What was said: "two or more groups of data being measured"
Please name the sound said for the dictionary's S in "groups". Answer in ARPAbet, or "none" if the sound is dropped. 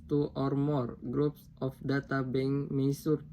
S